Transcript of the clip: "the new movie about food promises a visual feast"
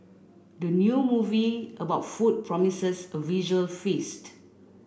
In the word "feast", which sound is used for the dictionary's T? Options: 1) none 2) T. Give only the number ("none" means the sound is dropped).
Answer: 2